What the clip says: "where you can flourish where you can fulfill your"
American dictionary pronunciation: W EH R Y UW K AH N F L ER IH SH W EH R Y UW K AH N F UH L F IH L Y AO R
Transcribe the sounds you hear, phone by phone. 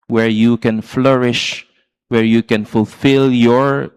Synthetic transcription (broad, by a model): W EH R Y UW K AH N F L ER IH SH W EH R Y UW K AH N F UH L F IH L Y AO R